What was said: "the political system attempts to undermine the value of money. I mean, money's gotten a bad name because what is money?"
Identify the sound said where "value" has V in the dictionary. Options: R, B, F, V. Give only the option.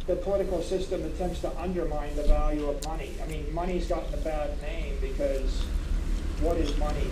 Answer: V